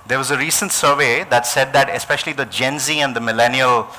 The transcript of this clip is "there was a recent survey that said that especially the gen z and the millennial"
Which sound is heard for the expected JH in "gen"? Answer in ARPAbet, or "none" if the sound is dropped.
JH